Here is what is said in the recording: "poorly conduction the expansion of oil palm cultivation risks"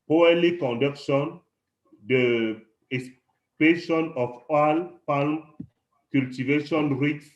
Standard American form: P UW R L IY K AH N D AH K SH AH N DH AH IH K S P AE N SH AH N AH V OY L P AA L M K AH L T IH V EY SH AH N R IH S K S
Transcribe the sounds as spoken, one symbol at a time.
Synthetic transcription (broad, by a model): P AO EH L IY K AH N D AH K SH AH N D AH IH S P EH SH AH N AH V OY L P AA L M K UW L T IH V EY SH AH N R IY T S